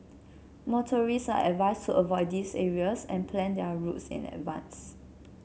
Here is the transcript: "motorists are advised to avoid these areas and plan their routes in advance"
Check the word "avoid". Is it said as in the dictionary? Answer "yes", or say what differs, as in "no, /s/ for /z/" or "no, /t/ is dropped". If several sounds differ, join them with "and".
yes